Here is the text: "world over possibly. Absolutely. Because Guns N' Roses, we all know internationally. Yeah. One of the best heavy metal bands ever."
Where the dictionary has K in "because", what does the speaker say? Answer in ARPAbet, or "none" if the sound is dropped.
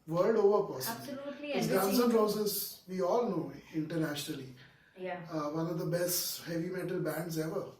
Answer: none